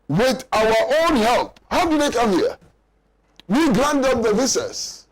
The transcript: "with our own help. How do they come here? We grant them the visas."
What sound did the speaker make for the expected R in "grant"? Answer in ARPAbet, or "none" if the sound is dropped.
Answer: L